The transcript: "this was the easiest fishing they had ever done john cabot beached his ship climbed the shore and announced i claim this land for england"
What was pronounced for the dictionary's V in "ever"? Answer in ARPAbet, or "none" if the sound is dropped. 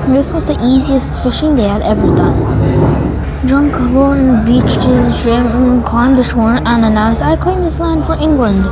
V